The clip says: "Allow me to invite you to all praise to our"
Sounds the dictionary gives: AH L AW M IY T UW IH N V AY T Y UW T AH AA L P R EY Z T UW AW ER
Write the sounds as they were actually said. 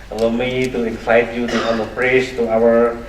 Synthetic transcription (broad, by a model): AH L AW M IY T UW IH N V AY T Y UW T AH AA N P R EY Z T UW AW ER